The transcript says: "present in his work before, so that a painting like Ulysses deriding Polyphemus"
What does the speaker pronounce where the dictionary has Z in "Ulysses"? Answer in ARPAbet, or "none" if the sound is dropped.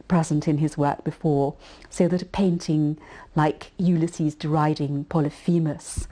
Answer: Z